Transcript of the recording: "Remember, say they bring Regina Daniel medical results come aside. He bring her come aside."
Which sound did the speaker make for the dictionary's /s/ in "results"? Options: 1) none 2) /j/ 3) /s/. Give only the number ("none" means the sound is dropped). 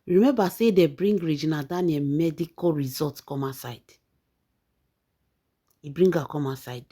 1